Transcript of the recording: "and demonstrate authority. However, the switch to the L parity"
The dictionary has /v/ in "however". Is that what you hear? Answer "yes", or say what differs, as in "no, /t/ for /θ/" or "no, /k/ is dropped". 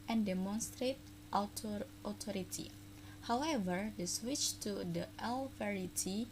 yes